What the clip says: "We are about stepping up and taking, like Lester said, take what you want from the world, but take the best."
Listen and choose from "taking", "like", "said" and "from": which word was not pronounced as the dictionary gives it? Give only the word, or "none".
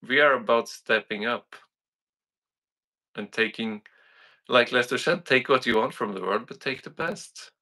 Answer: said